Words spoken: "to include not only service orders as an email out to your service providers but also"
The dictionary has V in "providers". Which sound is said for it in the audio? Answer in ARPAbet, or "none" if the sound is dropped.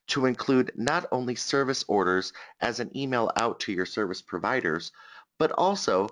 V